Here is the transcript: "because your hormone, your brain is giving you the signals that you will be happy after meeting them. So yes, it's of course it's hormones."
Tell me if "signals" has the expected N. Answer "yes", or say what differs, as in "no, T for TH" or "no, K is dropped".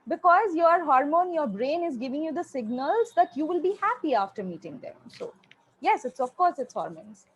yes